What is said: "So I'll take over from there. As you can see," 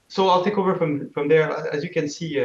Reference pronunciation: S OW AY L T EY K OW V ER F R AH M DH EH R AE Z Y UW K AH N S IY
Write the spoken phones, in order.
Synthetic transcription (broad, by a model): S OW AY L T EY K OW V ER F R AH M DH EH R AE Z Y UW K AH N S IY